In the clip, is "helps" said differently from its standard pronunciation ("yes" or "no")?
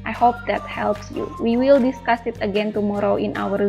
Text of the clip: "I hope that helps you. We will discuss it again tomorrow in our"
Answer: no